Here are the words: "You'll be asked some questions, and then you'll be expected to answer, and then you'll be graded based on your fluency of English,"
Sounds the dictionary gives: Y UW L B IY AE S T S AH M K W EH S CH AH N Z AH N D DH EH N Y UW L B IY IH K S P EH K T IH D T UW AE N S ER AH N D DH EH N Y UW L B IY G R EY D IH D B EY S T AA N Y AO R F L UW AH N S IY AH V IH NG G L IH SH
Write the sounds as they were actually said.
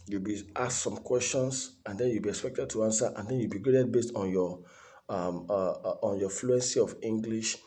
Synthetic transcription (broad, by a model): Y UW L B IY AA S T S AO M K W EH S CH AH N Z AH N D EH N Y UW L B IY IH K S P EH K T IH D T UW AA N S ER AH N D EH N Y UW L B IY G R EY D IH D B EY S T AA N Y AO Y F L UW AH N S IY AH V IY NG G L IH SH